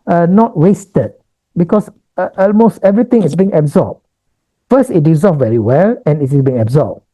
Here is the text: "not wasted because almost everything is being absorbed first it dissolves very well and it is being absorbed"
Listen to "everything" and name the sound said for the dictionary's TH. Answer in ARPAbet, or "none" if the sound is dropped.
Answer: T